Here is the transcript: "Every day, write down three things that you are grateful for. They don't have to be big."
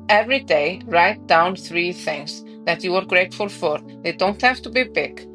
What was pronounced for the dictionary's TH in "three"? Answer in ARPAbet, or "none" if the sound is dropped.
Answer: TH